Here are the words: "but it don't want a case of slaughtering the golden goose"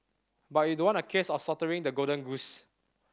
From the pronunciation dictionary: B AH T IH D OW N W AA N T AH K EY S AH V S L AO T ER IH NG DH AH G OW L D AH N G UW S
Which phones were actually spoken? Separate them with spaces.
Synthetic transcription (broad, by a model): B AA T IH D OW W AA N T AH K EY S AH F S AO T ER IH NG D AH G OW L D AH N G UW S